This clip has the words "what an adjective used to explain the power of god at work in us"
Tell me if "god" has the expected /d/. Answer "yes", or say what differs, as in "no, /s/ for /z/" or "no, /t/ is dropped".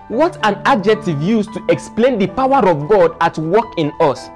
yes